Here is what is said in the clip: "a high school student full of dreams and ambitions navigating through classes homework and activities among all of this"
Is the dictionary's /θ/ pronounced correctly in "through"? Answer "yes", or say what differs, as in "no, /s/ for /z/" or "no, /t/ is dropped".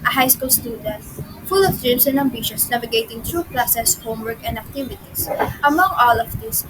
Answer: no, /t/ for /θ/